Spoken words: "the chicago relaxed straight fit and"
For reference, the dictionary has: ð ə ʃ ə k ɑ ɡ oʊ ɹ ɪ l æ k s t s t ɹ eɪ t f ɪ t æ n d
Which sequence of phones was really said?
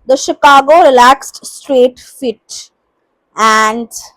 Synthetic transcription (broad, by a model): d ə ʃ ə k ɑ ɡ oʊ ɹ ɪ l æ k s t s t ɹ eɪ t f ɪ t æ n d